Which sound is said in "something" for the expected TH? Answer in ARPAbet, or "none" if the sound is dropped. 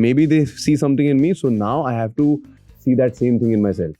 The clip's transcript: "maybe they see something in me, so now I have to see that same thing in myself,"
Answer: T